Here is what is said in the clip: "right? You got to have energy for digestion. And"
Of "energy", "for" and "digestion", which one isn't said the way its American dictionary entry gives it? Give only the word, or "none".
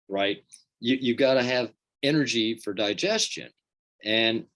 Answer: none